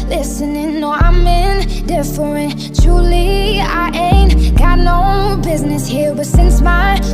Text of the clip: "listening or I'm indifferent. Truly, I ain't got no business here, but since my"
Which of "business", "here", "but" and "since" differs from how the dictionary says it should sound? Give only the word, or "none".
here